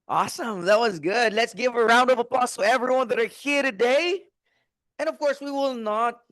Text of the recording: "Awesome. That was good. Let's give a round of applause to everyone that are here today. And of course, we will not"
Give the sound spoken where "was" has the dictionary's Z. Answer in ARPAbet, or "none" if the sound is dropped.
Z